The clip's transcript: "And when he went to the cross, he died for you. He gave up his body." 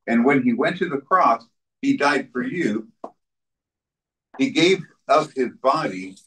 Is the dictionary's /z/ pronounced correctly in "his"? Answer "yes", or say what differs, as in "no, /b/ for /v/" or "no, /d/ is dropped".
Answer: yes